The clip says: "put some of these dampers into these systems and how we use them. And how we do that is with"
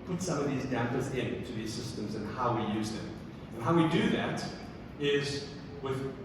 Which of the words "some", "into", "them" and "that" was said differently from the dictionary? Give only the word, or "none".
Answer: none